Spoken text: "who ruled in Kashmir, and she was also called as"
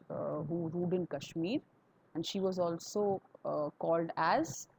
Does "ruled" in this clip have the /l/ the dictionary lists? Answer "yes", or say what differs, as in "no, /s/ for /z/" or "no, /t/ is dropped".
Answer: no, /l/ is dropped